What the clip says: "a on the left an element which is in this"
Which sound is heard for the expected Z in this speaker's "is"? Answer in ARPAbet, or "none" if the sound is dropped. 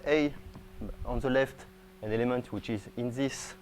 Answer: Z